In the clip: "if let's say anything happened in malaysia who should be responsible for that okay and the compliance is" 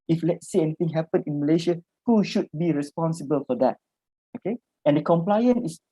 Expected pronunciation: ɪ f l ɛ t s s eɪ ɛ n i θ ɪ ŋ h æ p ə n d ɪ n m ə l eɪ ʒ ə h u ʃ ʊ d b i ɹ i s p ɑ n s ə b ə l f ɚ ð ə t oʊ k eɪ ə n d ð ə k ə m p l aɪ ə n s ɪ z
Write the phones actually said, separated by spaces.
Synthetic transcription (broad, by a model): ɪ f l ɛ t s s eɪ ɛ n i t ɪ ŋ h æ p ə n ɪ n m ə l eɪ ʃ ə h u ʃ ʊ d b i ɹ i s p ɑ n s ə b ə l f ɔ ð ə t oʊ k eɪ ə n d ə k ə m p l aɪ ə n ɪ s